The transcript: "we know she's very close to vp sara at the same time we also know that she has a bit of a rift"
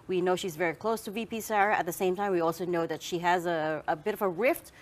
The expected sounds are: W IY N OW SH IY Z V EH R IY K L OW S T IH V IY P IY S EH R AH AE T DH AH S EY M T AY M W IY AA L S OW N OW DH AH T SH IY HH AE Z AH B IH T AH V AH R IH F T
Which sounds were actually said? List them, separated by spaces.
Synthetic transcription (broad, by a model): W IY N OW SH IY Z V EH R IY K L OW S T IH V IY P IY S EH R AH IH T DH AH S EY M T AY M W IY AA L S OW N OW DH AH T SH IY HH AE Z AH B IH T AH V AH R IH F T